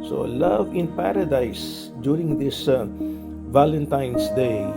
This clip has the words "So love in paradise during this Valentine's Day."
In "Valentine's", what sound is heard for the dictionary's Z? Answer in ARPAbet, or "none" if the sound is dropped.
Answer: S